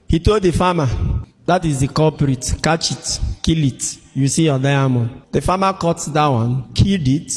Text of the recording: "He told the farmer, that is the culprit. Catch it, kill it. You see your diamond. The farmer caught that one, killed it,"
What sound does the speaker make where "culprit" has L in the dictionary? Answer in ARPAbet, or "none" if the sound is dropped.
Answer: none